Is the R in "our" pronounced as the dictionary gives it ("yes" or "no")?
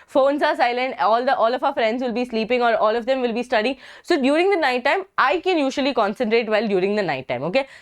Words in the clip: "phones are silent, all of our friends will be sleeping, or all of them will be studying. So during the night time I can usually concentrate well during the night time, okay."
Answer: no